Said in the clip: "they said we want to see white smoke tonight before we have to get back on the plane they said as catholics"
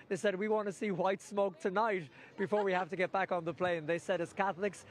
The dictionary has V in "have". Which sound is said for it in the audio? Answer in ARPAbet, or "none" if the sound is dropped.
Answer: F